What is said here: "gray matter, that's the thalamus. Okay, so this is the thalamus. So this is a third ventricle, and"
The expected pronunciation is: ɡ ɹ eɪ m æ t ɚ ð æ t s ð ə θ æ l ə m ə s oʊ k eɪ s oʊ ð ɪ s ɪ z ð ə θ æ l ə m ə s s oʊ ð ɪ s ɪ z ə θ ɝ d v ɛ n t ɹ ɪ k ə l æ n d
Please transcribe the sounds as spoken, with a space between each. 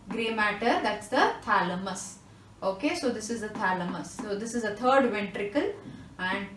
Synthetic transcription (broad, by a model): ɡ ɹ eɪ m æ t ɚ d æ t s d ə t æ l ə m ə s oʊ k eɪ s oʊ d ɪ s ɪ z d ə t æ l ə m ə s s oʊ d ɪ s ɪ z ə t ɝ d v ɛ n t ɹ ɪ k ə l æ n d